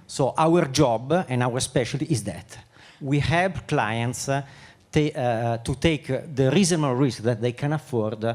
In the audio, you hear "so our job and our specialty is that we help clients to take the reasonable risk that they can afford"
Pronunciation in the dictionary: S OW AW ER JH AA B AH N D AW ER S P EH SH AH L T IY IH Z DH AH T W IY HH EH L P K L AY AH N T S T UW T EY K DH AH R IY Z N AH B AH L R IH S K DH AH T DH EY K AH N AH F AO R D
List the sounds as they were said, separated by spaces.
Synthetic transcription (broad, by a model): S OW AW ER JH AA B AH N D AW ER S P EH SH AH L T IY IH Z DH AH T W IY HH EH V K L AY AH N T S T UW T EY K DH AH R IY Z AH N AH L R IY S K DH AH T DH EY K AH N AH F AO R D